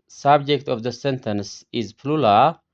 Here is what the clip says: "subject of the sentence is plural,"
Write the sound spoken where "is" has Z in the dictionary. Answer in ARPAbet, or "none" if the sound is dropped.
Z